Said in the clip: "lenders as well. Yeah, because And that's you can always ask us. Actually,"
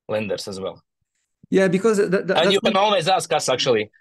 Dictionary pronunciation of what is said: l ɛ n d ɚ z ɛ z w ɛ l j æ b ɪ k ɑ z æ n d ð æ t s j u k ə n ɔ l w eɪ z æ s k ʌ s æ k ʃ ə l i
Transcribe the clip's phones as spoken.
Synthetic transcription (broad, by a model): l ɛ n d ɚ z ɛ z w ɛ l j æ b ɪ k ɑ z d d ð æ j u k ə n ɔ l w eɪ z æ s k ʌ s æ k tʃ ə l i